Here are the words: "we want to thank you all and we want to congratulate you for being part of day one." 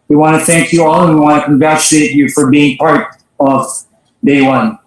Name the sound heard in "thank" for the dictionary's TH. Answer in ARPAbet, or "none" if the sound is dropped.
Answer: TH